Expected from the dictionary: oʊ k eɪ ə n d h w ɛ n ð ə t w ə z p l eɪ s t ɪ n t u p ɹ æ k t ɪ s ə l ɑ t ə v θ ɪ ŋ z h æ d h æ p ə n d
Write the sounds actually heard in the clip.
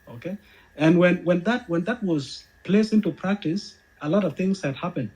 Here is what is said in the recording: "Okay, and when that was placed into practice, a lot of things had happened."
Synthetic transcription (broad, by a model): oʊ k eɪ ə n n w w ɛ n ð ə t w ə z p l eɪ s ɪ n t u p ɹ æ k t ɪ s ə l ɑ t ə v θ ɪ ŋ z h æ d h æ p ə n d